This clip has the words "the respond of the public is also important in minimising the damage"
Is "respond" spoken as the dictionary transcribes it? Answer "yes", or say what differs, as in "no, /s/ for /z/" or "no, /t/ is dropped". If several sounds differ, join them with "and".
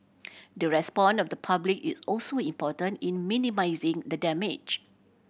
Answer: no, /d/ is dropped